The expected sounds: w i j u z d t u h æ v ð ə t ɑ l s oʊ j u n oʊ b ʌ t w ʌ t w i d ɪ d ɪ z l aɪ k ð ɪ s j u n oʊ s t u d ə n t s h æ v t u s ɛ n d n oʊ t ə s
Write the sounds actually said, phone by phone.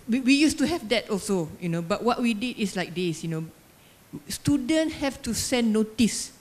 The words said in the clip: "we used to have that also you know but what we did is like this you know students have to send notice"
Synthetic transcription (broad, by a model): w i j u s t u h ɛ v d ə t ɑ l s oʊ j u n oʊ b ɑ t w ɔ t w i d ɪ d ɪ s l aɪ k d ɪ s j u n oʊ s t u d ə n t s h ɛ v t u s ɛ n n oʊ t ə s